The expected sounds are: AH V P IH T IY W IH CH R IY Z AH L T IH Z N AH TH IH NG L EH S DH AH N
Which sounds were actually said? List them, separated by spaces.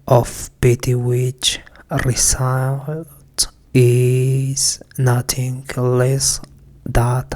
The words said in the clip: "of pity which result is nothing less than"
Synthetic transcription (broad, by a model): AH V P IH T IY W IH CH R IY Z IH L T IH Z N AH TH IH NG L EH S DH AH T